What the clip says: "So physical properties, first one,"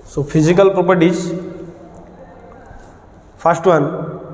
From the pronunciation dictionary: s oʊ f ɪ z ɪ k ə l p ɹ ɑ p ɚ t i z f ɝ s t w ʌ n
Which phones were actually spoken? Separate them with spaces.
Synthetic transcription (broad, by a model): s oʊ p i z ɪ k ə l p ɹ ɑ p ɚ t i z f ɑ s t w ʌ n